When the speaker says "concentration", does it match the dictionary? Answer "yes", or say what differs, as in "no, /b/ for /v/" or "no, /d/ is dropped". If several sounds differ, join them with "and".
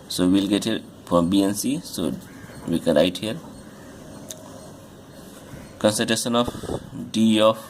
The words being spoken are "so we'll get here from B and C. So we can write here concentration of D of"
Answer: no, /n/ is dropped and /ɹ/ is dropped